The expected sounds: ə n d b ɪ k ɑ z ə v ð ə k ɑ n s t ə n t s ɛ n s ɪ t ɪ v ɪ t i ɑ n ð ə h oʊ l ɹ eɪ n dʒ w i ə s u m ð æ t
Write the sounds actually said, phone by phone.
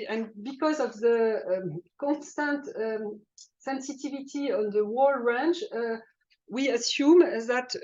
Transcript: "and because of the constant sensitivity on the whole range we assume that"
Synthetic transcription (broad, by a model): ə n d b ɪ k ɑ z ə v ð ə k ɑ n s t ə n t s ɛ n s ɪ t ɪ v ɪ t i ɑ n ð ə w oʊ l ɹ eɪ n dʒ w i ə s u m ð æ t